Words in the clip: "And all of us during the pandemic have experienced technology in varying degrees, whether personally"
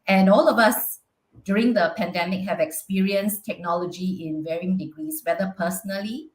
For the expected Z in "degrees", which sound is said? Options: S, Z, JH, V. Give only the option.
S